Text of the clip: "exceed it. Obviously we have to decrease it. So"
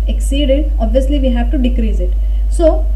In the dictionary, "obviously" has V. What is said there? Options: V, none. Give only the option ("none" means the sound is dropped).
V